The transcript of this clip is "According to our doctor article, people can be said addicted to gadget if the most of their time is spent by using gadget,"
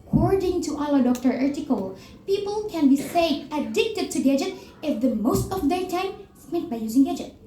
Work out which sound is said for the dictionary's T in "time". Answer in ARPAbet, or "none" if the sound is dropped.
T